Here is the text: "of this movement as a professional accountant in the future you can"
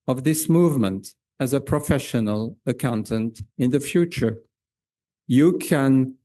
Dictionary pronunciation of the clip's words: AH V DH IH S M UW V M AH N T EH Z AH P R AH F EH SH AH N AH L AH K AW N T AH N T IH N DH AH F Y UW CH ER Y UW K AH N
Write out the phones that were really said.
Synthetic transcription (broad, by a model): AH V DH IH S M UW V M AH N T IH Z AH P R AH F EH SH AH N AH L AH K AW N T AH N T IH N DH AH F Y UW CH ER Y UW K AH N